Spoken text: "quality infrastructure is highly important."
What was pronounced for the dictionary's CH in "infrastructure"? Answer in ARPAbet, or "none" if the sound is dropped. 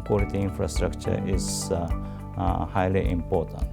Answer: CH